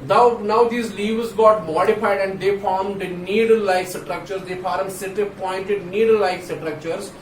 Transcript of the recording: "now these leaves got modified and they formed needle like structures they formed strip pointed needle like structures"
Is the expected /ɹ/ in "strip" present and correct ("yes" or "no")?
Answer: no